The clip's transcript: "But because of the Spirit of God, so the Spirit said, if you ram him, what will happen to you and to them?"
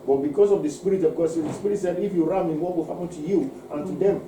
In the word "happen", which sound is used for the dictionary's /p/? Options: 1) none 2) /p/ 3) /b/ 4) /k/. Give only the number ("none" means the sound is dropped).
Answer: 1